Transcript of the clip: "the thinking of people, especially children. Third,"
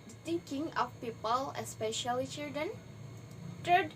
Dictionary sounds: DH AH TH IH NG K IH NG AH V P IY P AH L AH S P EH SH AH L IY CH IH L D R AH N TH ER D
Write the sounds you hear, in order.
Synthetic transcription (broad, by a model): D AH T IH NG K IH NG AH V P IY P AH L AH S P EH SH AH L IY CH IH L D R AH N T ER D